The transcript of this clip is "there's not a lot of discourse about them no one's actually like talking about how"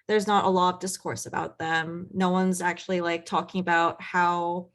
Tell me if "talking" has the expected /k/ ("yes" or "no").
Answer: yes